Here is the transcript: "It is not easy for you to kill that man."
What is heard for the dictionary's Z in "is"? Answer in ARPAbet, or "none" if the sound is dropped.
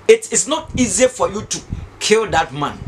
S